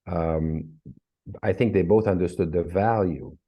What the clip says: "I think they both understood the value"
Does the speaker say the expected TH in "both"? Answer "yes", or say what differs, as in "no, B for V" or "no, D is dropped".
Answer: yes